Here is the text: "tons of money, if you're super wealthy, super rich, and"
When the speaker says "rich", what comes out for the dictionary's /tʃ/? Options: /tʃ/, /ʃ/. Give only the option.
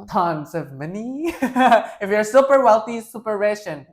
/ʃ/